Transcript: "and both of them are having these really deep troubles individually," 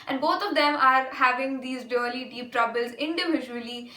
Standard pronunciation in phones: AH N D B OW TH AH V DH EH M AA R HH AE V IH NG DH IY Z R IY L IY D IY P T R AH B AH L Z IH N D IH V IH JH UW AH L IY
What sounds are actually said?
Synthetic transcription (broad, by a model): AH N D B OW T AH V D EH M AA R HH AE V IH NG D IY Z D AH L IY D IY P T R AH B AH L Z IH N D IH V IH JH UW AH L IY